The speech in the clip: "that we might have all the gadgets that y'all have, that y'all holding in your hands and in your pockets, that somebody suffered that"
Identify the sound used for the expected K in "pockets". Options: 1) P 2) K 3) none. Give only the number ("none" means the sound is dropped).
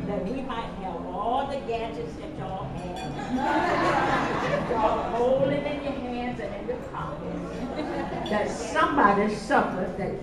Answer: 3